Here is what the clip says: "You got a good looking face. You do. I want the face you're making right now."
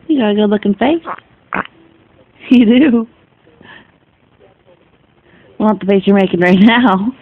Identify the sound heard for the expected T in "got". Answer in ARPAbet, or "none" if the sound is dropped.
none